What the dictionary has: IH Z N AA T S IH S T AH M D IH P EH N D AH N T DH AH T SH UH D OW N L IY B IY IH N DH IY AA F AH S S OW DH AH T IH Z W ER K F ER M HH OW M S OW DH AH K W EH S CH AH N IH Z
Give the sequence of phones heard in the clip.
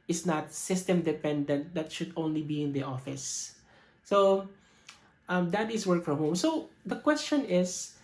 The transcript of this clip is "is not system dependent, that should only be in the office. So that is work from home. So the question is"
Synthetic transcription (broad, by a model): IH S N AA T S IH S T AH M D IH P EH N D AH N T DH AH T SH UH D OW N L IY B IY IH N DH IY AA F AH S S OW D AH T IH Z W ER K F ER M HH OW M S OW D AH K W EH S CH AH N IH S